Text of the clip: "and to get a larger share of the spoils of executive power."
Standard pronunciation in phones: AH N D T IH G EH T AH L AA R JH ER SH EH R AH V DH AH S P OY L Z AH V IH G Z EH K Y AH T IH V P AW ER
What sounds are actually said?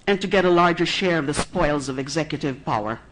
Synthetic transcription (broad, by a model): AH N T IH G EH T AH L AA R JH ER SH EH R AH V DH AH S P OY L Z AH V IH G Z EH K Y AH T IH V P AW ER